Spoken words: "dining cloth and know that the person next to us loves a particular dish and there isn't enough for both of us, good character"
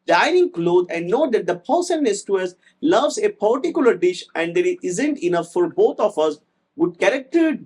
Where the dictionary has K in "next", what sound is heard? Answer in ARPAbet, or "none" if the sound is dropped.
none